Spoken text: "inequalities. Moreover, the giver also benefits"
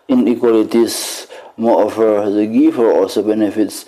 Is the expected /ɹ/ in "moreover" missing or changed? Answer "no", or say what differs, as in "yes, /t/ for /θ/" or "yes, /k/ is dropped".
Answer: yes, /ɹ/ is dropped